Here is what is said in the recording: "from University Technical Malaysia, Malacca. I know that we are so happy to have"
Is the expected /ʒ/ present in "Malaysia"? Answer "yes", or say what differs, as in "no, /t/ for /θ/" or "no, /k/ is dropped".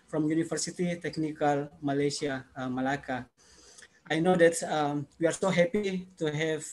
no, /s/ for /ʒ/